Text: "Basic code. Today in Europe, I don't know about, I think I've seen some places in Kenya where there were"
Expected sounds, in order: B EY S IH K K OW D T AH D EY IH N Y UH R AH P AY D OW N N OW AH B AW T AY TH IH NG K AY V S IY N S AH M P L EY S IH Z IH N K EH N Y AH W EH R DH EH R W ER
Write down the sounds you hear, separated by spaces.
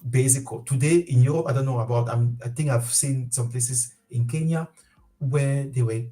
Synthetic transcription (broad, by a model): B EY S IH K K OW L T AH D EY IH N Y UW R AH P AY D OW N N OW AH B AW T AY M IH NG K AY V S IY N S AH M P L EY S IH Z IH N K EH N Y AH W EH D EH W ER